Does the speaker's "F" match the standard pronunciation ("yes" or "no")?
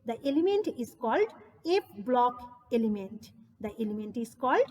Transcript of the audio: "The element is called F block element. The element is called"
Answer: no